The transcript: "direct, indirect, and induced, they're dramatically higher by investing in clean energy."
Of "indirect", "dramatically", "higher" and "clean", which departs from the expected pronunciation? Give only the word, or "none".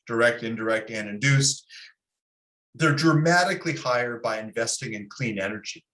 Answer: none